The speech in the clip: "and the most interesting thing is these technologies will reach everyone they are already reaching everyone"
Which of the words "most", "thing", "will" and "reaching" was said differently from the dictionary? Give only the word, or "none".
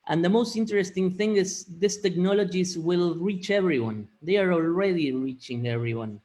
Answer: none